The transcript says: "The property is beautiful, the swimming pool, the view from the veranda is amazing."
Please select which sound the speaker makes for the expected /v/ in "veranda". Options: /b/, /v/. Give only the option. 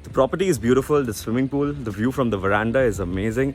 /v/